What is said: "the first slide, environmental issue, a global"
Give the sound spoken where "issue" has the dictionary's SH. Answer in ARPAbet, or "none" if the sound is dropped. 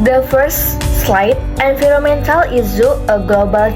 S